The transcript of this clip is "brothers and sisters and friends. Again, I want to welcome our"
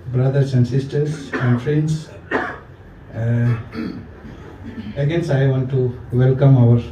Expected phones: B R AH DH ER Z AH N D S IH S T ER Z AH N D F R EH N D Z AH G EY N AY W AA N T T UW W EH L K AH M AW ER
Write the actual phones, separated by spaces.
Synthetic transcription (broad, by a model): B R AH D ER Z AH N D S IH S T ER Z AH N D F R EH N D S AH G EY N AY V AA N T T UW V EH L K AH M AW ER